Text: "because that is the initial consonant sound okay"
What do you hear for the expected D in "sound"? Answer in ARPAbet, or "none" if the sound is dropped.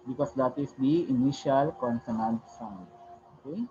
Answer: none